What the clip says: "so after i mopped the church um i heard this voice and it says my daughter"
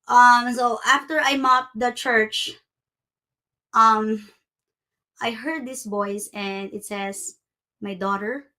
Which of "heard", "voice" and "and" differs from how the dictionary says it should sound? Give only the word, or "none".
voice